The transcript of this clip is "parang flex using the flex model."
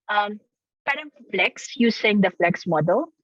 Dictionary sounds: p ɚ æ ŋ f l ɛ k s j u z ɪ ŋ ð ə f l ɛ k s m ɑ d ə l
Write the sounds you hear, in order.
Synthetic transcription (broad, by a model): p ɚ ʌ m f l ɛ k s j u s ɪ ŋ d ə f l ɛ k s m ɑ d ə l